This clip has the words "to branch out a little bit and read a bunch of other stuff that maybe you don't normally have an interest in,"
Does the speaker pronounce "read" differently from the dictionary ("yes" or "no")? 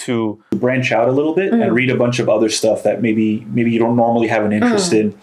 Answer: no